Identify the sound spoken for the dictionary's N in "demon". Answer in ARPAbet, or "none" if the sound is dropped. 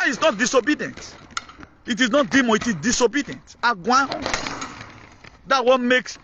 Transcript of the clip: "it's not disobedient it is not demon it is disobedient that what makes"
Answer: none